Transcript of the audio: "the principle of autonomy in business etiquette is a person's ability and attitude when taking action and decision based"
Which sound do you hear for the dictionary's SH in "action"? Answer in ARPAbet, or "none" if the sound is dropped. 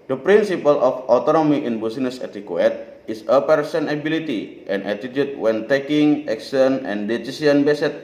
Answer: S